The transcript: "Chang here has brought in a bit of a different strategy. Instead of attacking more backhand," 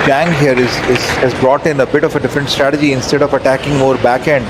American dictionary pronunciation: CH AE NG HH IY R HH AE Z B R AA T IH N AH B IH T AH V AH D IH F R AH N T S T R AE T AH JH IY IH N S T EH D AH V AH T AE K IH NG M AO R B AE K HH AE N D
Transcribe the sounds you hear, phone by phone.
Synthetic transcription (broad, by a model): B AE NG HH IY R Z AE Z B R AA T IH N AH B IH T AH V AH D IH F R AH N T S T R AE T AH JH IY IH N S T EH D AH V AH T AE K IH NG M AO R B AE K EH N D